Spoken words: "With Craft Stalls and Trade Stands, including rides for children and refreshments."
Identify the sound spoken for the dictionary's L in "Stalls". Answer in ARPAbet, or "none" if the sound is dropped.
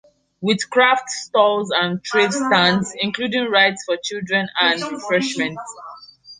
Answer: L